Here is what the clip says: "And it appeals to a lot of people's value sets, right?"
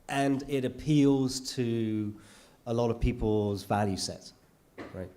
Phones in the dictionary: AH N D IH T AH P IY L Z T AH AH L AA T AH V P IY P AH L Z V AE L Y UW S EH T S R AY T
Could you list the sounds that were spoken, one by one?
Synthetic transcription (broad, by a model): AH N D IH T AH P IY L Z T AH AH L AA T AH V P IY P AH L Z V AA L Y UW S EH T R AY T